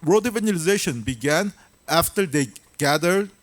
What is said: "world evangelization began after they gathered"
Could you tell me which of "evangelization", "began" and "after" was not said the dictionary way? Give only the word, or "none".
evangelization